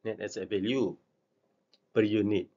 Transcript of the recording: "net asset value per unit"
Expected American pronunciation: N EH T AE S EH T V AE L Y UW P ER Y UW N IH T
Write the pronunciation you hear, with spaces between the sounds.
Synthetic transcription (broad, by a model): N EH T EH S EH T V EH L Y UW B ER Y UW N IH T